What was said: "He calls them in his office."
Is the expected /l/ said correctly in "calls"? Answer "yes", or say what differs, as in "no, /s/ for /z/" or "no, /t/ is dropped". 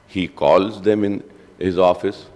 yes